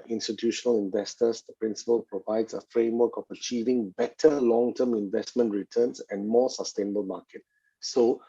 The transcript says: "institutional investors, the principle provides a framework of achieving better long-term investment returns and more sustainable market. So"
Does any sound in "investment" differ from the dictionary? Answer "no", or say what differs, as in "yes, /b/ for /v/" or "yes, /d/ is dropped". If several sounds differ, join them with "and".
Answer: no